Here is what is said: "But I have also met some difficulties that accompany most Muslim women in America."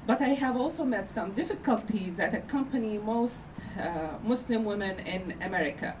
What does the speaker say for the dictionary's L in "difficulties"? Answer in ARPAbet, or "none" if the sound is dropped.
L